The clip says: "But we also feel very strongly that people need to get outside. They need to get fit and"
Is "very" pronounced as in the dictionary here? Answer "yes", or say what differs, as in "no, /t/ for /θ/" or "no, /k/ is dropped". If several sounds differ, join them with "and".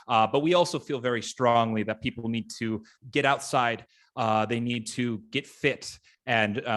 yes